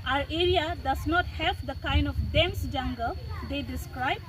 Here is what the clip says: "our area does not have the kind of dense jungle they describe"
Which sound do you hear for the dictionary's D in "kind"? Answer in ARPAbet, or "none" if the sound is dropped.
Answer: D